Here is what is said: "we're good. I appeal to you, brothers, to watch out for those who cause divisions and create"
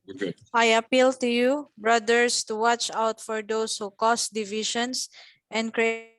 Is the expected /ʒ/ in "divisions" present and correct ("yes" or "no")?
no